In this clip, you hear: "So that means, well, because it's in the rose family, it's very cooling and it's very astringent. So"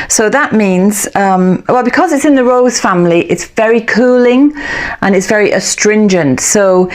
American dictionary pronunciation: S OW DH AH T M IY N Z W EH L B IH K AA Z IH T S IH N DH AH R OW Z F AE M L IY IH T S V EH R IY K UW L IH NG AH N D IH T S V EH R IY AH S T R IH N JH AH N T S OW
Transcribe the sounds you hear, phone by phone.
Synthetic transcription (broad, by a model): S OW DH AH T M IY N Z W EH L B IH K AA Z IH T S IH N DH AH R OW Z F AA M L IY IH T S V EH R IY K UW L IH NG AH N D IH T S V EH R IY AH S T R IH N JH AH N T S OW